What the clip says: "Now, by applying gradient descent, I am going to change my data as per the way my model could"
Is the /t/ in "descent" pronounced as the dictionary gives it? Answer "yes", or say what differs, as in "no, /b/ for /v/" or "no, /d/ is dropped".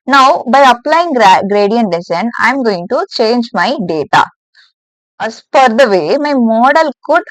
no, /t/ is dropped